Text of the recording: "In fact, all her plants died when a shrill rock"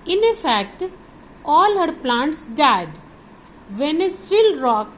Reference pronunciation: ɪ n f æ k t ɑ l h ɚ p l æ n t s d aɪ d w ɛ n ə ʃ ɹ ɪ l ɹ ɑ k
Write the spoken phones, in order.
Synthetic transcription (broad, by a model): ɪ n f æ k t ɑ l h ɚ p l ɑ n t s d aɪ d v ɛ n ə s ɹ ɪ l ɹ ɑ k